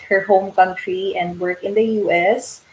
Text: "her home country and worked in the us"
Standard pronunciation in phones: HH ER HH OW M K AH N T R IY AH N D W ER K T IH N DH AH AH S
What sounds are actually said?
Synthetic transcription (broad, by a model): HH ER HH OW M K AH N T R IY AH N D W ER K IH N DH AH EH S